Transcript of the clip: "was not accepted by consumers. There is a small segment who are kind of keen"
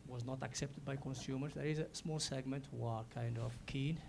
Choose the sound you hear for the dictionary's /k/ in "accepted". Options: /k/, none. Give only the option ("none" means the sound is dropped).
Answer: /k/